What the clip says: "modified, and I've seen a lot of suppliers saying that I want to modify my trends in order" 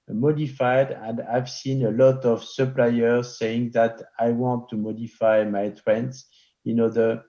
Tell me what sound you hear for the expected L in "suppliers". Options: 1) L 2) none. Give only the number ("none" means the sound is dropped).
1